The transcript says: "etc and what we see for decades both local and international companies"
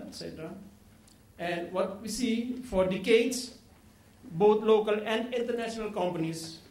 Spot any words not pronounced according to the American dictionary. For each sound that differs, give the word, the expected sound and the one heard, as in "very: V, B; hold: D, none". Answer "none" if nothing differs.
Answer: decades: Z, S; both: TH, T